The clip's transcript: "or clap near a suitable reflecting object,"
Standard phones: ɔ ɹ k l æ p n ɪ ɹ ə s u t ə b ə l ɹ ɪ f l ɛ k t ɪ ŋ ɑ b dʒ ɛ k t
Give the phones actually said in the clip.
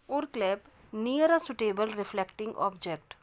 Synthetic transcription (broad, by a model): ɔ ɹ k l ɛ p n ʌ ɹ ə s u t ə b ə l ɹ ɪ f l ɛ k t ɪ ŋ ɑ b dʒ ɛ k t